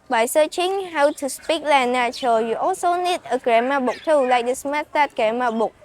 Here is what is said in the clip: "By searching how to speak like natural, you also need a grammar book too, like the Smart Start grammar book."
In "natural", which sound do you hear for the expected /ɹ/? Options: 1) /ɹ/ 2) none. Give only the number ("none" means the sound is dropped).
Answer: 2